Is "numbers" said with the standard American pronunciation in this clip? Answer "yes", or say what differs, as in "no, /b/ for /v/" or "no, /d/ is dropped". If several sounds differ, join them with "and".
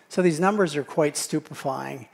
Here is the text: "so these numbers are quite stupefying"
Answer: yes